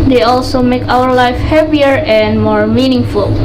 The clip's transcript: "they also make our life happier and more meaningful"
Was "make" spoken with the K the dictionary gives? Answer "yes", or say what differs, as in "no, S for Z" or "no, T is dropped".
yes